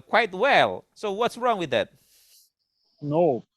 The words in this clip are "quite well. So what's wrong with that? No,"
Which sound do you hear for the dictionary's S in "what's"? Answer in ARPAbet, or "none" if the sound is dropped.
S